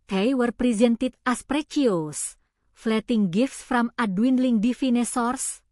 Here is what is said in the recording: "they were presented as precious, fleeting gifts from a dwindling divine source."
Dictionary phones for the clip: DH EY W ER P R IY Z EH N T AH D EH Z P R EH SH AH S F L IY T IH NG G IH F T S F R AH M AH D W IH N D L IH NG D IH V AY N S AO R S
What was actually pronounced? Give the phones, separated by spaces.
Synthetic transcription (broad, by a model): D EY W ER P R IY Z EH N T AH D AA S P R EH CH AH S F L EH T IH NG G IH F T S F R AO M AH D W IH N L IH NG D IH F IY N S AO R S